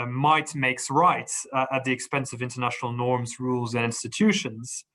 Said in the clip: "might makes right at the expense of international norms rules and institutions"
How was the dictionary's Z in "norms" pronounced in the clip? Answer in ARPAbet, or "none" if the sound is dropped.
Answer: Z